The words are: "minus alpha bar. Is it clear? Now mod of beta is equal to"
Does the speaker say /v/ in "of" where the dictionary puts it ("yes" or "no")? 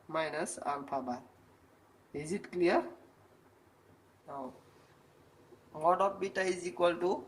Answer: no